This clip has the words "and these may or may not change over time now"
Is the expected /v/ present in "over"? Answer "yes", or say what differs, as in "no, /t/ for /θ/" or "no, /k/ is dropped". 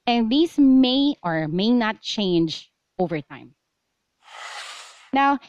yes